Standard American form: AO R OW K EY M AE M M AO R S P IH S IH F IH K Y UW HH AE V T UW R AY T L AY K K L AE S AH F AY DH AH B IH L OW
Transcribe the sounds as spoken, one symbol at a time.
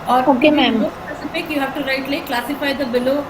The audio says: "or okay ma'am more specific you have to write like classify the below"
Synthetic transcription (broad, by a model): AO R OW K EY M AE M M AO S IH S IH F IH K Y UW HH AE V T UW R AY T L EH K K L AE S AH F AY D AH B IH L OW